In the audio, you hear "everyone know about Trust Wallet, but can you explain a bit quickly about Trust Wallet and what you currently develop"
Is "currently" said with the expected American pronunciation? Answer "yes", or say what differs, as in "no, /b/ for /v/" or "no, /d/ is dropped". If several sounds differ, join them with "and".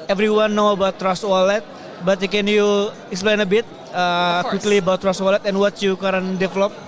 no, /n/ is dropped and /l/ is dropped